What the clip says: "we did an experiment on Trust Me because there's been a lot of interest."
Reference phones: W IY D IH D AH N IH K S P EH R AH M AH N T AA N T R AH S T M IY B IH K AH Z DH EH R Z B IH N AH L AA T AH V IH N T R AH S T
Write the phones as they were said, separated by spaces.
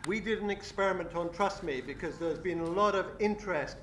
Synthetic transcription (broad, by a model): W IY D IH D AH N IH K S P EH R AH M AH N T N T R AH S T M IY B IH K AH Z DH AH R Z B IH N AH L AA T AH V IH N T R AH S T